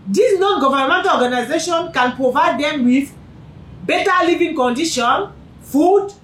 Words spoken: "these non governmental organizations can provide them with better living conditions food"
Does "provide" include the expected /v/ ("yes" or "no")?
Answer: yes